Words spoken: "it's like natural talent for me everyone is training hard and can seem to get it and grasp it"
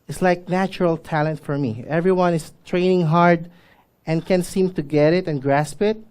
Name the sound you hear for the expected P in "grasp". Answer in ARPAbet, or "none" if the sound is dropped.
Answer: P